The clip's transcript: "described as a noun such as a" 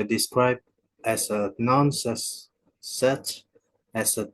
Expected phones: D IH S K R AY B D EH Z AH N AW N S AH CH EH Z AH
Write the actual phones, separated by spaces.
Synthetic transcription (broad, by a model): D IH S K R AY B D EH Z AH N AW N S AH S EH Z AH